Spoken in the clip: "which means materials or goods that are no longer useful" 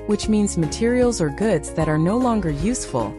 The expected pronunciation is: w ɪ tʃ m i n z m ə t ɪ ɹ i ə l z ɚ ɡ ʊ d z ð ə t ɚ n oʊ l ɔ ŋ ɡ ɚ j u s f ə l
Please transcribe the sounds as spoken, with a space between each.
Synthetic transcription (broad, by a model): w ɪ tʃ m i n z m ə t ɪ ɹ i l z ɚ ɡ ʊ d z ð ə t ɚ n oʊ l ɔ ŋ ɡ ɚ j u s f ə l